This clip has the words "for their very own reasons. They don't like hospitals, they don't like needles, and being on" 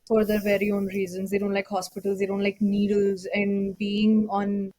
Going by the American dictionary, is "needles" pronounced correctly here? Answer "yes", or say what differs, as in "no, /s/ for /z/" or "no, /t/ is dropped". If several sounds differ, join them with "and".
yes